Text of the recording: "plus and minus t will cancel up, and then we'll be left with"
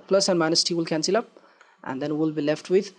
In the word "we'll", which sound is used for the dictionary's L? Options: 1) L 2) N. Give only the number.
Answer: 1